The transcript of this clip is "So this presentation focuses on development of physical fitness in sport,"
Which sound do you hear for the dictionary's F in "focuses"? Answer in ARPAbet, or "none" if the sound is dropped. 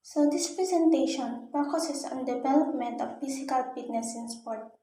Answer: P